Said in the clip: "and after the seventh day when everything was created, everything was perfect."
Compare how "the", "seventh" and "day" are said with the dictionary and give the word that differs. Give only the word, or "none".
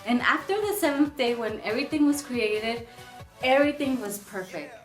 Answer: none